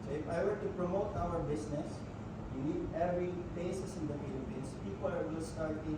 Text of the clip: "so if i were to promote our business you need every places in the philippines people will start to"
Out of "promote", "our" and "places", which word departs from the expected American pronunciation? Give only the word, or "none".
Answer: places